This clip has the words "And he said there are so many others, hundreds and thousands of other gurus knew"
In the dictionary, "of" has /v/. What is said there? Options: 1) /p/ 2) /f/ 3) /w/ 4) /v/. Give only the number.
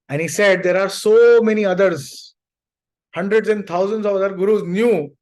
4